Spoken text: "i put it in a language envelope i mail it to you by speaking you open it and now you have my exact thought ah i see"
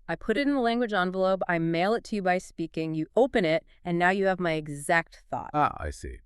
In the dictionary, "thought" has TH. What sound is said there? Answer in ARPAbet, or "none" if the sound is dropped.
TH